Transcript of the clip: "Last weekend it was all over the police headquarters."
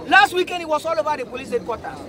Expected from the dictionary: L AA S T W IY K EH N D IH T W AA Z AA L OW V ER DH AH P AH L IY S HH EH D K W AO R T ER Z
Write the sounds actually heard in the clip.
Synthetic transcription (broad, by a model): L AA S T W IY K EH N D IH T W AA S AA L OW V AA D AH P AH L IY S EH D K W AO T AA